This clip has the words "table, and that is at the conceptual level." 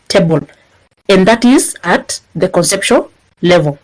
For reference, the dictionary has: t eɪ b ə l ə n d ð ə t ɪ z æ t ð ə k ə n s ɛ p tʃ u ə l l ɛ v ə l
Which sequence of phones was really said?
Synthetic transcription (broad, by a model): t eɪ b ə l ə n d ð ə t ɪ z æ t ð ə k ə n s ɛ p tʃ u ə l l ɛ v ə l